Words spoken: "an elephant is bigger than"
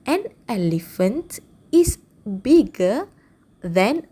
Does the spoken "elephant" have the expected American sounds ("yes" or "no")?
yes